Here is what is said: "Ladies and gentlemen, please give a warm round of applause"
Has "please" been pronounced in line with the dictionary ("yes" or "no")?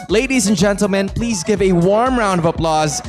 yes